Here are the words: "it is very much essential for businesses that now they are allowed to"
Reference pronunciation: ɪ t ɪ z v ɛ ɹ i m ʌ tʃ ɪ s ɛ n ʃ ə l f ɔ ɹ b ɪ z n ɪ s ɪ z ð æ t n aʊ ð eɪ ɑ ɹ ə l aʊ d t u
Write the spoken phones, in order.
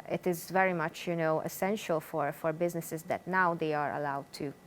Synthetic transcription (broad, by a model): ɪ t ɪ z v ɛ ɹ i m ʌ tʃ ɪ s ɛ n ʃ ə l f ɔ ɹ b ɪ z n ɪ s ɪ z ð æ t n aʊ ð eɪ ɑ ɹ ə l aʊ d t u